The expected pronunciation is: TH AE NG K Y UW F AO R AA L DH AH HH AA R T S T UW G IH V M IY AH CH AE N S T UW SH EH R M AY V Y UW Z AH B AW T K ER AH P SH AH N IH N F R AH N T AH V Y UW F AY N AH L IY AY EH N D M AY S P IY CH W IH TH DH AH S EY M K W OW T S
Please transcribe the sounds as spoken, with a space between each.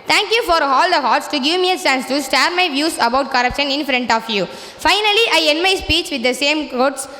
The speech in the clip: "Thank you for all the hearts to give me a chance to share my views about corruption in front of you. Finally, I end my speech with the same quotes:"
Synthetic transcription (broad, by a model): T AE NG K Y UW F AO R AA L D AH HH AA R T S T UW G IH V M IY AH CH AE N S T UW S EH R M AY V Y UW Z AH B AW T K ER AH P SH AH N IH N F R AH N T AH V Y UW F AY N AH L IY AY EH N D M AY S P IY CH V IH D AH S EY M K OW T S